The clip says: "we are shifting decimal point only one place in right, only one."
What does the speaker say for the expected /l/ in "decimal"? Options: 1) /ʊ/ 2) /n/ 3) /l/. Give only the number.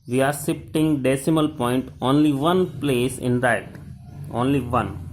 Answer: 3